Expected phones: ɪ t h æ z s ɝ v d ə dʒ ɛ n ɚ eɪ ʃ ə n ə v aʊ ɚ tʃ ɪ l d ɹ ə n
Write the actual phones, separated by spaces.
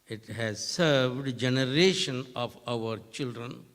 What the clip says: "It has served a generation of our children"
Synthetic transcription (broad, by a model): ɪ t h æ z s ɝ v d dʒ ɛ n ɚ eɪ ʃ ə n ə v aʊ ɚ tʃ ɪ l d ɹ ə n